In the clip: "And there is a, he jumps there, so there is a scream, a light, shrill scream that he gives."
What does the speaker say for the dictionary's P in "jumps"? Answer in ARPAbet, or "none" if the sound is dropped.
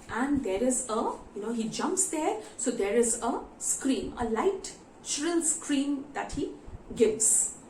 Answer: P